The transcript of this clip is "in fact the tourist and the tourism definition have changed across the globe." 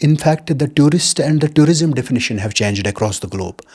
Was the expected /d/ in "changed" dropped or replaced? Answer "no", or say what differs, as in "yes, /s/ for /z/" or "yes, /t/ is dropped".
no